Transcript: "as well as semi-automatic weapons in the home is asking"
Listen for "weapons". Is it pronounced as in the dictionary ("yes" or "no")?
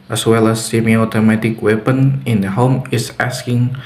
no